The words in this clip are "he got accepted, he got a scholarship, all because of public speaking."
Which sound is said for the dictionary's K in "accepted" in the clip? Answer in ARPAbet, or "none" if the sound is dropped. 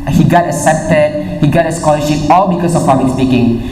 none